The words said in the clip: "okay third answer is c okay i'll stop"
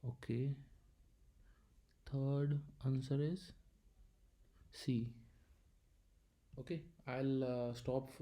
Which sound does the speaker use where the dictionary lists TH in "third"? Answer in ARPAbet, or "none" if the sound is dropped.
T